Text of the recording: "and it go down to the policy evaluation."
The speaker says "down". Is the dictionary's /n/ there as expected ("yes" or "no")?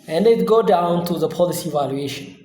yes